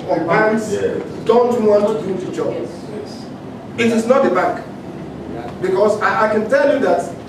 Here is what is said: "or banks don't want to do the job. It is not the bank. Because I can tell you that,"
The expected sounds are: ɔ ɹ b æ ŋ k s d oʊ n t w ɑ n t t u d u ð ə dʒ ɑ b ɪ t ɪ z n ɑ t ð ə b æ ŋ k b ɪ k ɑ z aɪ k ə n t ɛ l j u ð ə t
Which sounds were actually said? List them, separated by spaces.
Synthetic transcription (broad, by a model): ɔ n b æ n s d oʊ n t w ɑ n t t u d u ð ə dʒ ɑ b ɪ t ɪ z n ɑ t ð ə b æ k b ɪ k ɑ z aɪ k ə n t ɛ l j u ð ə t